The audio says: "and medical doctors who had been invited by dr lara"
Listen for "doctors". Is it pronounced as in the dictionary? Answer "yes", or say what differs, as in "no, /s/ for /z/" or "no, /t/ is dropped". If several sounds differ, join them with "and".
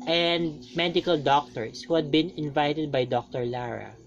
no, /s/ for /z/